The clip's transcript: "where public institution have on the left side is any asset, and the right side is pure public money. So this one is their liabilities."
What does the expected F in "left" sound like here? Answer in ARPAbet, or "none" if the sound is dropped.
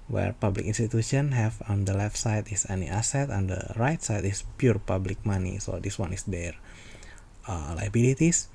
F